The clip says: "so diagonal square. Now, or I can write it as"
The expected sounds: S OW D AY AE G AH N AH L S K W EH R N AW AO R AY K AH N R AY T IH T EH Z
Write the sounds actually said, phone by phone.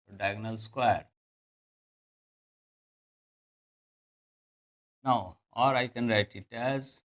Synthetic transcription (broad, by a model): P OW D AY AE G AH N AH L S K W EH R N AW AO R AY K AH N R AY T IH T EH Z